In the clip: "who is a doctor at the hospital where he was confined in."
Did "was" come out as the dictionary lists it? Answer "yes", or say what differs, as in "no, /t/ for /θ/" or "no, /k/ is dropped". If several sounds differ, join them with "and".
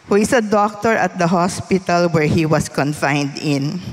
no, /s/ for /z/